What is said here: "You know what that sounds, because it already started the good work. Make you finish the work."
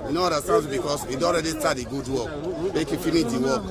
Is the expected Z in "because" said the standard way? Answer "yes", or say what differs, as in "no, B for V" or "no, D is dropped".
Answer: no, S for Z